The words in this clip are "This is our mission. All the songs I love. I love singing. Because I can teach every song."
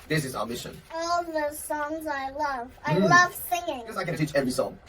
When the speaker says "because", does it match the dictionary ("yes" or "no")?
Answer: no